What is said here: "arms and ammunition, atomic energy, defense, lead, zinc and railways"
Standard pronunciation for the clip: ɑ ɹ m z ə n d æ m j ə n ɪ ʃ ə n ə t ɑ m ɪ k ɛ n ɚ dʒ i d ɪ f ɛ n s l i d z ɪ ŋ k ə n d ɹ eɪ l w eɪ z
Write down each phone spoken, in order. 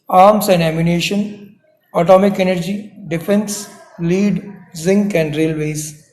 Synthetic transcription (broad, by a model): ɑ ɹ m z ə n d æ m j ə n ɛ ʃ ə n ə t ɑ m ɪ k ɛ n ɚ dʒ i d ɪ f ɛ n s l i d z ɪ ŋ k ə n d ɹ eɪ l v eɪ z